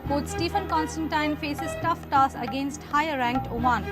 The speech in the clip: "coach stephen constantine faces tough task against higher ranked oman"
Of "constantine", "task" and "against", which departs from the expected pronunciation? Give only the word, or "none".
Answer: task